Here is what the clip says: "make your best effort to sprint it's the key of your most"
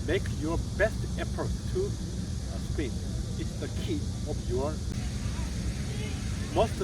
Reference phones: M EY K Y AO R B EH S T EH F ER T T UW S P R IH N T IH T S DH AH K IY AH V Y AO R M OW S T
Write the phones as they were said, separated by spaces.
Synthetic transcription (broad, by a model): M EY K Y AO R B EH S T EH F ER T T UW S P IH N IH T S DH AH K IY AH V Y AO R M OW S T